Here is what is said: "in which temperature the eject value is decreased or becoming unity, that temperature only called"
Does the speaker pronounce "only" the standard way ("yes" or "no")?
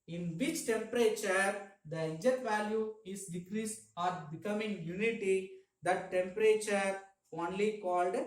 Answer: yes